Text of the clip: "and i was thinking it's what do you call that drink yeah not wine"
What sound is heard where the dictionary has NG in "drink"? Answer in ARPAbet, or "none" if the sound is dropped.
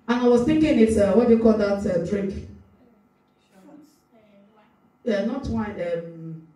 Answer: none